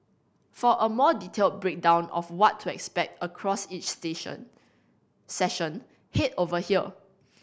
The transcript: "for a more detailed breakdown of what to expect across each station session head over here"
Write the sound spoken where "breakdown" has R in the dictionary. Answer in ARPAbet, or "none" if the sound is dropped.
R